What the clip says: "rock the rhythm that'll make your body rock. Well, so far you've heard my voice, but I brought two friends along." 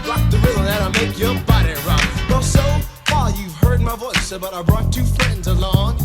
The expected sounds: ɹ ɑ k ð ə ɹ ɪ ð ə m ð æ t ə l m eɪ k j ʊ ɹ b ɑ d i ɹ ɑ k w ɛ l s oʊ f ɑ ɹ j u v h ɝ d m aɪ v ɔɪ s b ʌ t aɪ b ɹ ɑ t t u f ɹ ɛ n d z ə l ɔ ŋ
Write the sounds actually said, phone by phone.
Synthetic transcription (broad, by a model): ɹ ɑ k ð ə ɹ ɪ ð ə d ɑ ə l m eɪ k j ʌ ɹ b ɑ d i ɹ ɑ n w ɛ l s oʊ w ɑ l j u v h ɝ d m aɪ v ɔɪ s b ʌ t aɪ b ɹ ɑ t t u f ɹ ɛ n d z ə l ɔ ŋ